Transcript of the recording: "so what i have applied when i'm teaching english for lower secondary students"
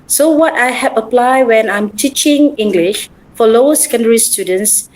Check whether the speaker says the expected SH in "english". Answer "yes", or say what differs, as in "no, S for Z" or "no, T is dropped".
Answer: yes